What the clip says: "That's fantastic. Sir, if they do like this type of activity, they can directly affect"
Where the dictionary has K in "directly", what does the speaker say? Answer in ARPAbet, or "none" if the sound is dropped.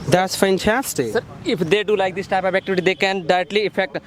none